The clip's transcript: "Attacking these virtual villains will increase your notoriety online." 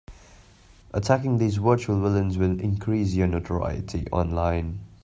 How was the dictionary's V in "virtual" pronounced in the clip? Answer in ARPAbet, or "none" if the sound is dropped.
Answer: W